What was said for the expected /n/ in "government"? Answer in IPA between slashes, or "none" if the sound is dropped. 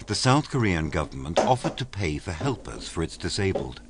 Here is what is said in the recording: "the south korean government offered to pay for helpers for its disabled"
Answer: /n/